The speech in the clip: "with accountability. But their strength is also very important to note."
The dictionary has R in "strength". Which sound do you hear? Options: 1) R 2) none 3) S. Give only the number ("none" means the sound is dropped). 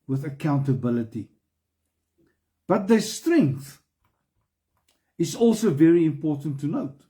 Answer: 1